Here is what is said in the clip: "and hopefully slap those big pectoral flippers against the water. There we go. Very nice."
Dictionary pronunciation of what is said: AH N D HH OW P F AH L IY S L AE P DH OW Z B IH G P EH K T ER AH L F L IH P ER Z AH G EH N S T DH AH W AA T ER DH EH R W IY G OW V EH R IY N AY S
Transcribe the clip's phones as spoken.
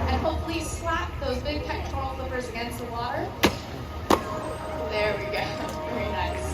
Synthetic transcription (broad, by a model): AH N HH OW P F L IY S L AE P DH OW Z B IH G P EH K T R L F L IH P ER Z AH G EH N S T DH AH W AA T ER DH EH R W IY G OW V EH R IY N AY S